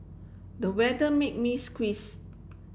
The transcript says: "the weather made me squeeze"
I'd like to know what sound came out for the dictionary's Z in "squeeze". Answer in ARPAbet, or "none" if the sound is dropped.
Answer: S